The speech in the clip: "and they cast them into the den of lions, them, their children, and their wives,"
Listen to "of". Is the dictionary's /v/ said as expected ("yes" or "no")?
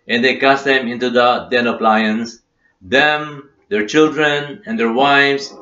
no